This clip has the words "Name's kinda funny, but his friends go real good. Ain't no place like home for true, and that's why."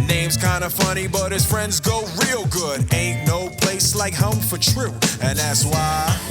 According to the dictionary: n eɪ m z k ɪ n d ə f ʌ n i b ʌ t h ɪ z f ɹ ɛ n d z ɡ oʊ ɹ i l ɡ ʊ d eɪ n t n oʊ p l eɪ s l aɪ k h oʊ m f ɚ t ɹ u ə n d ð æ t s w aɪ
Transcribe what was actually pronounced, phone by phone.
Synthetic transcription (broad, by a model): n eɪ m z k ɪ n d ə f ʌ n i b ʌ t h ɪ z f ɹ ɛ n d z ɡ oʊ ɹ i l ɡ ʊ d eɪ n n oʊ p l eɪ s l aɪ k h oʊ m f ɚ t ɹ u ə n ð æ t s w aɪ